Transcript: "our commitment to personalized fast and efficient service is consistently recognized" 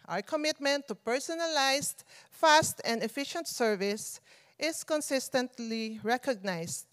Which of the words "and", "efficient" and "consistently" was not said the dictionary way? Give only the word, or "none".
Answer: none